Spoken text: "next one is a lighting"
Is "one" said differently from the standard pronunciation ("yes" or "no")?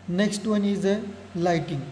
no